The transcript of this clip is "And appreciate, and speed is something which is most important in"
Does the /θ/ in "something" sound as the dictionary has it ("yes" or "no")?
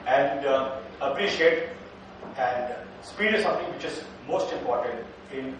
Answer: no